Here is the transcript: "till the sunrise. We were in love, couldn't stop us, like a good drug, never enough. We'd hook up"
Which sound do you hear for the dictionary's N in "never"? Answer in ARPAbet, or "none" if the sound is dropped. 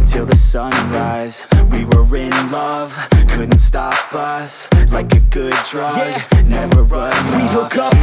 N